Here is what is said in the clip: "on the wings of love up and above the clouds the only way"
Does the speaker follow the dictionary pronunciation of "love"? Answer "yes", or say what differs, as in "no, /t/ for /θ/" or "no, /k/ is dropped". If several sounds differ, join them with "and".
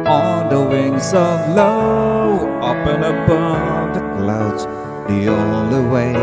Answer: no, /v/ is dropped